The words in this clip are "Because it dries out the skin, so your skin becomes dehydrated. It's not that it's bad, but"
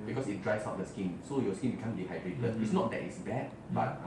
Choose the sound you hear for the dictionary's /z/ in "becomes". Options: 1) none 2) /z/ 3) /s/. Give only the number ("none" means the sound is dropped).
1